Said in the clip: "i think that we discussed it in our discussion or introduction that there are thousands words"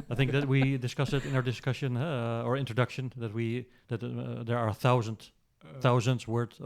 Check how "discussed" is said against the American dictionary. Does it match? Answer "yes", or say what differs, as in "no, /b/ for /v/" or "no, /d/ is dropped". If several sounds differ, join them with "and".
no, /t/ is dropped